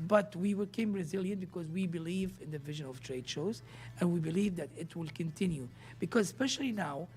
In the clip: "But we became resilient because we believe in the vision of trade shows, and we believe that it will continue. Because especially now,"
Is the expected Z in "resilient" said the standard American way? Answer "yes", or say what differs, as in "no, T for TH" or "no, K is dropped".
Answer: yes